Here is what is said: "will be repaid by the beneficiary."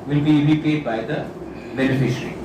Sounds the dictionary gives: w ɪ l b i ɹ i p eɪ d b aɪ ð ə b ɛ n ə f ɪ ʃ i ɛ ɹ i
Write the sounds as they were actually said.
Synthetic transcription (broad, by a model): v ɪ l b i l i p eɪ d b aɪ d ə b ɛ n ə f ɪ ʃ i ɹ i